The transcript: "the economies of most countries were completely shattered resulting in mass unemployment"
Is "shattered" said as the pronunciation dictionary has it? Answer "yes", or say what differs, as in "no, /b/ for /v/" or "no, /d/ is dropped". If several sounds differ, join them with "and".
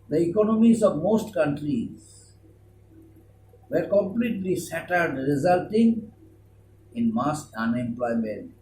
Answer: no, /s/ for /ʃ/